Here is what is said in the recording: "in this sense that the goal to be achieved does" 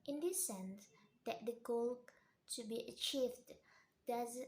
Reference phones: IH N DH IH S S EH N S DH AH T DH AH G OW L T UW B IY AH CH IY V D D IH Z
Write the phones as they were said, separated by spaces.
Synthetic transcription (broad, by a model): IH N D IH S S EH N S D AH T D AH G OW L T UW B IY AH CH IY V D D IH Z